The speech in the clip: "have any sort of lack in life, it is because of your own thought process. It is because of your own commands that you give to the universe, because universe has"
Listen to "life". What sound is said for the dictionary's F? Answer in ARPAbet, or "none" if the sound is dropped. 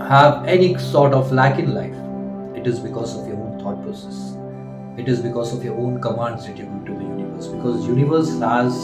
F